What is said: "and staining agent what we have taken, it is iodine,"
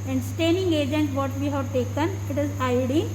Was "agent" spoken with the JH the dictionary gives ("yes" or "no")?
yes